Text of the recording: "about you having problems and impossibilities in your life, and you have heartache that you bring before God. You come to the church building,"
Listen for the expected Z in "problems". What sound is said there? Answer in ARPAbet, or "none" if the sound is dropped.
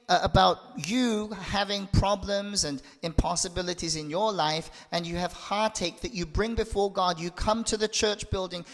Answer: Z